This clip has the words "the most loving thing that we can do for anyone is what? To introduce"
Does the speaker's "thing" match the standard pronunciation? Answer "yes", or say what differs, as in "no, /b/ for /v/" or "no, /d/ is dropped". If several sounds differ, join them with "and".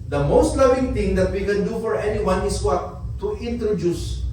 no, /t/ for /θ/